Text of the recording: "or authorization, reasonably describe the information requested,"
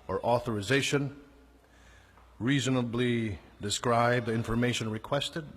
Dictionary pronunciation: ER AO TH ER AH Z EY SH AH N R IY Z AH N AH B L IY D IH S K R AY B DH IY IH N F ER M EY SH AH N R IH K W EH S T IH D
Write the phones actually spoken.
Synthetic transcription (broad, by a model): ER AO TH ER AH Z EY SH AH N R IY Z AH N AH B L IY D IH S K R AY B DH IY IH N F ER M EY SH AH N R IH K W EH S T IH D